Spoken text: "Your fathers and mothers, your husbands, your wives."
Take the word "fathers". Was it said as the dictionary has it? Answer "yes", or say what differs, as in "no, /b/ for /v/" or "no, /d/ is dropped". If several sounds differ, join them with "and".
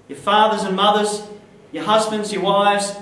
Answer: yes